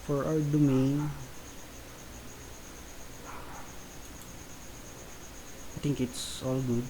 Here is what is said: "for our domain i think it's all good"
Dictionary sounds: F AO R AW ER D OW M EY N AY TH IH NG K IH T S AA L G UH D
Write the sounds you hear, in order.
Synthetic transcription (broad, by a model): F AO R AW ER D OW M EY N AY T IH NG K IH T S AA L G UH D